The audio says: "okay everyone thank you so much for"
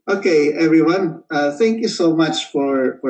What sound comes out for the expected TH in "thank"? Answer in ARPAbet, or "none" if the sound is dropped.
TH